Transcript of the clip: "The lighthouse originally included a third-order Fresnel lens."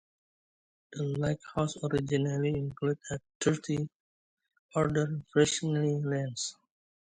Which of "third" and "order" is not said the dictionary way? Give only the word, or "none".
third